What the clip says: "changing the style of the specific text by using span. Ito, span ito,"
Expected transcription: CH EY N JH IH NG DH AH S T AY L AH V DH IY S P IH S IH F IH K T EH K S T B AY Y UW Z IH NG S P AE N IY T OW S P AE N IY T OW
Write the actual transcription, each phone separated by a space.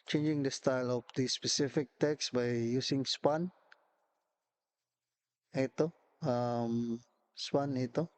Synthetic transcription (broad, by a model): CH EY N JH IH NG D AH S T AY L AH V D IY S P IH S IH F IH K T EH K S B AY Y UW S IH NG S P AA N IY T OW S P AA N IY T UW